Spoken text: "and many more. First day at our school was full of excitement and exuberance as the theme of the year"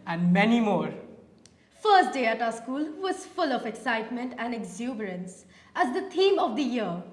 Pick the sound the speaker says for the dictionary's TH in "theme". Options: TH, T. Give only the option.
T